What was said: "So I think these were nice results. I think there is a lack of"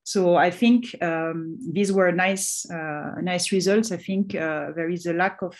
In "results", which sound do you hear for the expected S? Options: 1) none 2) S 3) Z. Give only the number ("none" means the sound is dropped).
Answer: 2